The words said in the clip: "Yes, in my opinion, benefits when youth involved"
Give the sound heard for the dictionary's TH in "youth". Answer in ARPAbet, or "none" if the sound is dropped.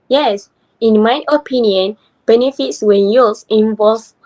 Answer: S